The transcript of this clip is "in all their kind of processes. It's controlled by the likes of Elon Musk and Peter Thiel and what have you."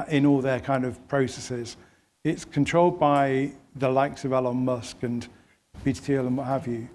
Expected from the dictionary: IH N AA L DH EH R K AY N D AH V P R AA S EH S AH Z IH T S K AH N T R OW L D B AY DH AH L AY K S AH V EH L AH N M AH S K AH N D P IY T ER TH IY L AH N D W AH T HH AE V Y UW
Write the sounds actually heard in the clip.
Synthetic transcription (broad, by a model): IH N AA L DH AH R K AY N D AH V P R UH S EH S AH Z IH T S K AH N T R OW L D B AY DH AH L AY K S AH V EH L AH N M AH S K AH N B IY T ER T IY L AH N W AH T HH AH V Y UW